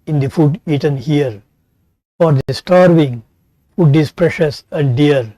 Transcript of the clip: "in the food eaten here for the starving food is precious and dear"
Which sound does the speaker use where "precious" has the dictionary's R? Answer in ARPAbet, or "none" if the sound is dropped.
R